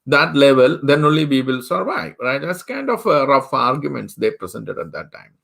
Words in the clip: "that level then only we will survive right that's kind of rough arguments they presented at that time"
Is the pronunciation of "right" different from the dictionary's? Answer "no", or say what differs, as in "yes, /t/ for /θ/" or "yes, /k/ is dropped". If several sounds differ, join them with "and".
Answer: no